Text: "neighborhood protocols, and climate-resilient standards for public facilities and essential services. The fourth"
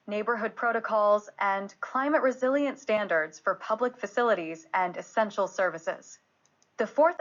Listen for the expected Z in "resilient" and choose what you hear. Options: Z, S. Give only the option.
Z